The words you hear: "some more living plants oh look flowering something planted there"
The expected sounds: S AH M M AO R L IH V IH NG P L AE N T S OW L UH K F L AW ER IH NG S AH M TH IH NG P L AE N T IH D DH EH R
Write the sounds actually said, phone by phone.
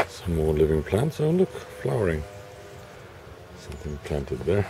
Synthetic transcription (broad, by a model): S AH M M AO R L IH V IH NG P L AE N T S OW L UH K F L AW ER IH NG S AH M TH IH NG P L AE N T IH D DH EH R